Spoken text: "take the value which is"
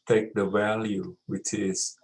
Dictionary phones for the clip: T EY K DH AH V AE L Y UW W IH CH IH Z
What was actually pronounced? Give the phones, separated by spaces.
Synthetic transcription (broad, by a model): T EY K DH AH V AE L Y UW W IH CH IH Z